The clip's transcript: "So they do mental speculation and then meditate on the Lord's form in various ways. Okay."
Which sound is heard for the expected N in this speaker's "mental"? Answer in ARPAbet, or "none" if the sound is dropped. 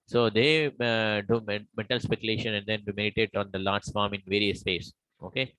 none